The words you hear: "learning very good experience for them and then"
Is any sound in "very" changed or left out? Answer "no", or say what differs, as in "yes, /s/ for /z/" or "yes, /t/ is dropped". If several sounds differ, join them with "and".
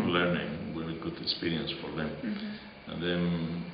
yes, /w/ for /v/ and /ɹ/ is dropped